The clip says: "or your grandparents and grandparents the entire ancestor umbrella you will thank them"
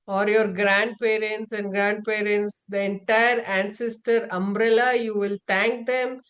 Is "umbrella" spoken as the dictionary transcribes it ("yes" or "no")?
yes